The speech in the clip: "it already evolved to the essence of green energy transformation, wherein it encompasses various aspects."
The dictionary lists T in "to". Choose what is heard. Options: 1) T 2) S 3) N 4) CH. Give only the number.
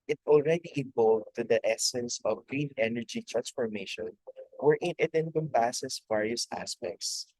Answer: 1